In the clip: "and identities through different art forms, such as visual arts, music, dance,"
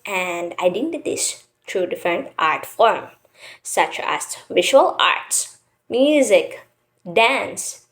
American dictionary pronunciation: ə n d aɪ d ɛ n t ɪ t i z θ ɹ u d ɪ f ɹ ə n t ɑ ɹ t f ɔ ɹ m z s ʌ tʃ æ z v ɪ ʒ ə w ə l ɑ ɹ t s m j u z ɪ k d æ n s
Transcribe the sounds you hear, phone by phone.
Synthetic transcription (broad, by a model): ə n d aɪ d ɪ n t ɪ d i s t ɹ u d ɪ f ɹ ə n t ɑ ɹ t f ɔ ɹ m s ʌ tʃ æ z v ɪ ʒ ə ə l ɑ ɹ t s m j u z ɪ k d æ n s